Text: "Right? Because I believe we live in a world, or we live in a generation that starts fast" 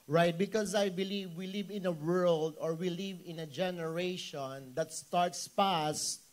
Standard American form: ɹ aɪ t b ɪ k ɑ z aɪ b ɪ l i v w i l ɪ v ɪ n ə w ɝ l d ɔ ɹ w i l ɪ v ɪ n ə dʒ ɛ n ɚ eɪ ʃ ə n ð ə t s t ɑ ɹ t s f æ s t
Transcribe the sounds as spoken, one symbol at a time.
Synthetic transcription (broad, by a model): ɹ aɪ t b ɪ k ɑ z aɪ b ɪ l i v w i l ɪ v ɪ n ə w ɝ l d ɔ ɹ w i l ɪ v ɪ n ə dʒ ɛ n ɚ eɪ ʃ ə n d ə t s t ɑ ɹ t s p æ s t